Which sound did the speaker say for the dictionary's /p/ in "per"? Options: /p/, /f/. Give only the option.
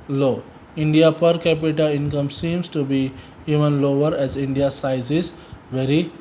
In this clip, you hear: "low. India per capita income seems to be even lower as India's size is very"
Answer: /p/